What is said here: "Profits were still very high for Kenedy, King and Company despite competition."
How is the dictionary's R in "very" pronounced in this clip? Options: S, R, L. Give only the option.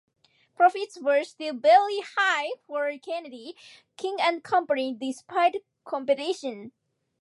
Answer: L